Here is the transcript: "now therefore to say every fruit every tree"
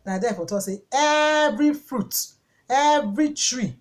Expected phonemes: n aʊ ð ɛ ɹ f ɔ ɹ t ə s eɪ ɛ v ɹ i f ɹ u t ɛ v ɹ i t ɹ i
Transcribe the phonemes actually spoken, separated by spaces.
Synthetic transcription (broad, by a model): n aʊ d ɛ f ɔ t ə s eɪ ɛ v ɹ i f ɹ u t ɛ v ɹ i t ɹ i